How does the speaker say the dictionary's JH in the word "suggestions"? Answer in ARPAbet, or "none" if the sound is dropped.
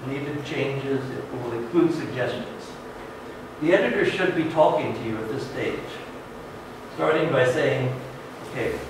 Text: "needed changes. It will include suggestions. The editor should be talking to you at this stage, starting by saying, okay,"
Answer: JH